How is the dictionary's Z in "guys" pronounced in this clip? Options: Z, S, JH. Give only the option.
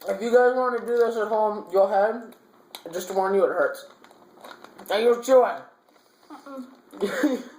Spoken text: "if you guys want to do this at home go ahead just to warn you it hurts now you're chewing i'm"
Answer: Z